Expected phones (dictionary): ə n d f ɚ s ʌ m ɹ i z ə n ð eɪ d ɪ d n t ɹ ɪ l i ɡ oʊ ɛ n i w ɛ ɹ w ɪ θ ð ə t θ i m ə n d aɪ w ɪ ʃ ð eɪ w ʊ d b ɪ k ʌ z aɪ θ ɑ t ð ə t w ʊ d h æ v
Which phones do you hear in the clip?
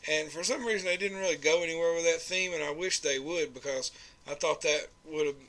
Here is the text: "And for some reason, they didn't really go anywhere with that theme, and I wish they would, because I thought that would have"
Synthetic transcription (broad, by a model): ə n f ɚ s ʌ m ɹ i z ə n ð eɪ d ɪ d n t ɹ ɪ l i ɡ oʊ ɛ n i w ɛ ɹ w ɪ ð ə t θ i m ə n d aɪ w ɪ ʃ ð eɪ w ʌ d b ɪ k ʌ z aɪ θ ɑ t ð ə t w ʊ d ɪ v